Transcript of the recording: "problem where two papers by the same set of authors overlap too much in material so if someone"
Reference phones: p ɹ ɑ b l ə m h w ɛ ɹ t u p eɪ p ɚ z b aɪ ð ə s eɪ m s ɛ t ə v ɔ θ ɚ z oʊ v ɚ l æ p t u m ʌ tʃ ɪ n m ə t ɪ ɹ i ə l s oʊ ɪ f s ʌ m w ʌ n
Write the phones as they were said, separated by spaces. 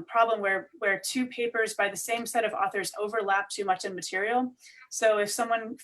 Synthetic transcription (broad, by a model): p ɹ ɑ b l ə m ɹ w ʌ ɹ t u p eɪ p ɚ z b aɪ ð ə s eɪ m s ɛ t ə v ɔ θ ɚ z oʊ v ɚ l æ p t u m ʌ tʃ ɪ n m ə t ɪ ɹ i l s oʊ ɪ f s ʌ m w ʌ n